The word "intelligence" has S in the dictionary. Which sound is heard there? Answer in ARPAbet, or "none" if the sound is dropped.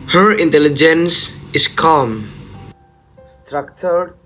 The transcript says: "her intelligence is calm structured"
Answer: S